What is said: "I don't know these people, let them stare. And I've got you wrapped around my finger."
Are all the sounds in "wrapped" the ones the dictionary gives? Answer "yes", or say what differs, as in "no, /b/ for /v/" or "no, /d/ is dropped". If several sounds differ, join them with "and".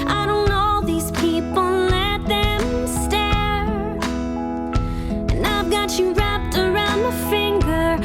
yes